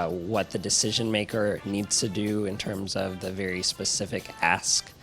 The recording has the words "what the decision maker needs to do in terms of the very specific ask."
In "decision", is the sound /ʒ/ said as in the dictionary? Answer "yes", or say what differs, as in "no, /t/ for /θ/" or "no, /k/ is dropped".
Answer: yes